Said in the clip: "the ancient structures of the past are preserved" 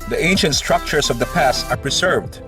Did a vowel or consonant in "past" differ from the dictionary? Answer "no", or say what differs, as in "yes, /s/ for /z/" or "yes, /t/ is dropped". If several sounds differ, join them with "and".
no